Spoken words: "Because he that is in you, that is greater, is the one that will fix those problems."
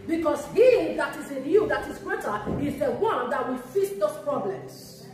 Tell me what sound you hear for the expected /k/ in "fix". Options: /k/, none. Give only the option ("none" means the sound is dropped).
none